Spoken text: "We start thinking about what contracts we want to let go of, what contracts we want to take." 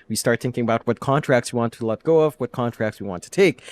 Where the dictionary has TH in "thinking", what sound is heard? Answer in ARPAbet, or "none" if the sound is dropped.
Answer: TH